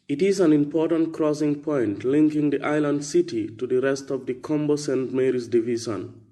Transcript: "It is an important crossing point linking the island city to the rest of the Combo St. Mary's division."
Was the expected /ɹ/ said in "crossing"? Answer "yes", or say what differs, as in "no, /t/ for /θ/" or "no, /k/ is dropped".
yes